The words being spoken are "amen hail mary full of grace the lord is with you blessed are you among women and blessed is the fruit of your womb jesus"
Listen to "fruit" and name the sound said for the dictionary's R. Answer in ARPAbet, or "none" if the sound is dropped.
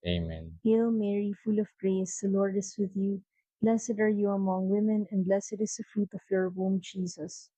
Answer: R